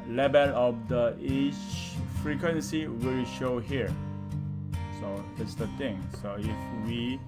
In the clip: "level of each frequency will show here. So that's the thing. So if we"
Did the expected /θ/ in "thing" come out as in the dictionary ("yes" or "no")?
no